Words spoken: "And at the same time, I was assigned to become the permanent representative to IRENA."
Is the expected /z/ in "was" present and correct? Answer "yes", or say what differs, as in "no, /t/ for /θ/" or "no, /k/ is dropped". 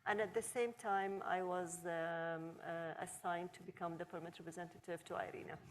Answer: yes